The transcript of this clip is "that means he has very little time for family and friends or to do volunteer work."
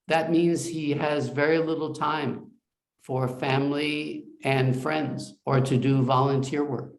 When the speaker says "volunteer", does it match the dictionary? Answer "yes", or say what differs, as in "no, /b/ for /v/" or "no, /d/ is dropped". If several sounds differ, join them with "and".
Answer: yes